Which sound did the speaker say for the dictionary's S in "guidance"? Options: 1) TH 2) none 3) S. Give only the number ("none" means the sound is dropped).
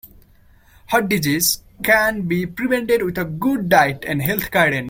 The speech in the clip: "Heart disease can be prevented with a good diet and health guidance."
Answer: 2